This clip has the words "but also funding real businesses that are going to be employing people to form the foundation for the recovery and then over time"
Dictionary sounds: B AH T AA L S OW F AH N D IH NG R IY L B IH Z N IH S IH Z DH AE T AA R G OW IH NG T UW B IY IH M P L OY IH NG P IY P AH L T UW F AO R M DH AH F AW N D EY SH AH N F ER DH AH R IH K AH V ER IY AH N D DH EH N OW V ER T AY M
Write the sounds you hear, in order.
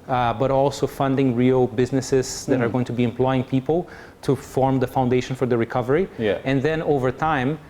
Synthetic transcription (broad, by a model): B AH T AA L S OW F AH N D IH NG R IY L B IH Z N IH S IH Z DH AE T AA R G OW IH NG T UW B IY IH M P L OY IH NG P IY P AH L T UW F AO R M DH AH F AW N D EY SH AH N F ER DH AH R IH K AH V ER IY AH N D DH EH N OW V ER T AY M